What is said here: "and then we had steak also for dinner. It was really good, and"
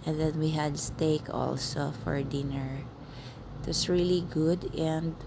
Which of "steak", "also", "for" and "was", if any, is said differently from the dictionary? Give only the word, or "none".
was